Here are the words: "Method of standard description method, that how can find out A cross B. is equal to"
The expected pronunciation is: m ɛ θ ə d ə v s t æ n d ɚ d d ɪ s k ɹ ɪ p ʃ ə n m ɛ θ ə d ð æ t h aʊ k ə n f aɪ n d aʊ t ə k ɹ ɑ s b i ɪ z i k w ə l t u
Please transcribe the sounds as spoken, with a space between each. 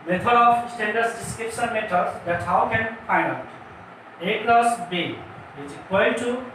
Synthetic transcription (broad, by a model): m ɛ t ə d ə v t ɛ n d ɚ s d ɪ s k ɹ ɪ p ʃ ə n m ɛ t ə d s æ t h aʊ k ə n f aɪ n d aʊ t ə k l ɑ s b i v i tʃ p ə n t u